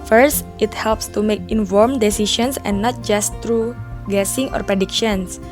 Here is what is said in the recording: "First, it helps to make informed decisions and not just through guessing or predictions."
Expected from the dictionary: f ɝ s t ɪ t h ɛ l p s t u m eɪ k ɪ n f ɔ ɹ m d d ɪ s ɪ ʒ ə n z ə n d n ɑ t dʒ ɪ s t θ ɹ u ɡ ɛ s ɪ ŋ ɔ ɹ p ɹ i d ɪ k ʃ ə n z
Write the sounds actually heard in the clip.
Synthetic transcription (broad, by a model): f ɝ s t ɪ t h ɛ l p s t u m eɪ k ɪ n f ɔ ɹ m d d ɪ s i ʃ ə n s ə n n ɑ t dʒ ɪ s t ɹ u ɡ ɛ s ɪ ŋ ɔ ɹ p ɹ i d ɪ k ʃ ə n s